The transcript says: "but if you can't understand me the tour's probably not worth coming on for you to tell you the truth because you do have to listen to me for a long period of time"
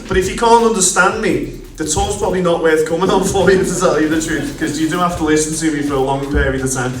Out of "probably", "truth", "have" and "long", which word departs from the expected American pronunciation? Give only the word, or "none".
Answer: have